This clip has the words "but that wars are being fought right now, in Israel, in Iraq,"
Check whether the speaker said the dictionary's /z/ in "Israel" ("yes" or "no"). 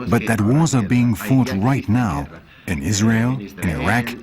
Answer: yes